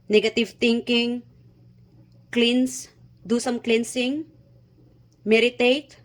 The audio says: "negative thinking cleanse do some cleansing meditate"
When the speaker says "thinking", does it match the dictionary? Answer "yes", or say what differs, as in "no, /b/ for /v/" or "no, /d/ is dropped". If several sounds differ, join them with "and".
no, /t/ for /θ/